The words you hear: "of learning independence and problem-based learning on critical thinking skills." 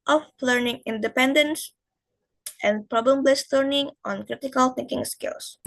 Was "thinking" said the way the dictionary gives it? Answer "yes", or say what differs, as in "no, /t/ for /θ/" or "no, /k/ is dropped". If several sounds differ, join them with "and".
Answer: yes